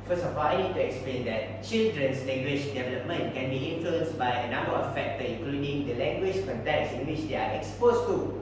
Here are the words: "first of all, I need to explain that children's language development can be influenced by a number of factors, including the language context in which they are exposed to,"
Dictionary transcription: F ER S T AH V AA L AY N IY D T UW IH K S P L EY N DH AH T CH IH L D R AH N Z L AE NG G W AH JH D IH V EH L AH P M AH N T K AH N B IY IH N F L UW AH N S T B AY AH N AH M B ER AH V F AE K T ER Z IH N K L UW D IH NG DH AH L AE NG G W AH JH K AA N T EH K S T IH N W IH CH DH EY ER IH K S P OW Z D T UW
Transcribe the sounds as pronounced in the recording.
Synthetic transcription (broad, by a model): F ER S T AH F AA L AY N IY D T UW IH K S P L EY N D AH T CH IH L D R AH N S L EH NG G W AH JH D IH V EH L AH P M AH N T K AH N B IY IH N F L UW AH N S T B AY AH N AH M B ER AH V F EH K T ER IH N K L UW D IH NG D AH L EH NG G W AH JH K AA N T EH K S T IH N W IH CH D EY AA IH K S P OW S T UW